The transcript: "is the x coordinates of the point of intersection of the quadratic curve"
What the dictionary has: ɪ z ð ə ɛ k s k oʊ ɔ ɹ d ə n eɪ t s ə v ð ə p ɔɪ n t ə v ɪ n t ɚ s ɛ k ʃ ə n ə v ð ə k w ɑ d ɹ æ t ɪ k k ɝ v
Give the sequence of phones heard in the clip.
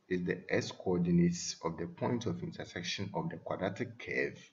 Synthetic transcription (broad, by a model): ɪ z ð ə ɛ s k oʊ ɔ d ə n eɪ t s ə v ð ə p ɔɪ n t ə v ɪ n t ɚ s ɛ k ʃ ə n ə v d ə k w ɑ d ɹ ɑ t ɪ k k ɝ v